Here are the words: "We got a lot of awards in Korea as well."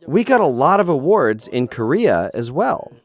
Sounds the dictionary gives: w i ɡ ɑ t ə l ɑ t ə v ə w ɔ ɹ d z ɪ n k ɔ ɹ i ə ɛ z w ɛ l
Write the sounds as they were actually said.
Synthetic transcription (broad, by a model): w i ɡ ɑ t ə l ɑ t ə v ə w ɔ ɹ d z ɪ n k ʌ ɹ i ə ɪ z w ɛ l